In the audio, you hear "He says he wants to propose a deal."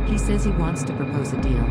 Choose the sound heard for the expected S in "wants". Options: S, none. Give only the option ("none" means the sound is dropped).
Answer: S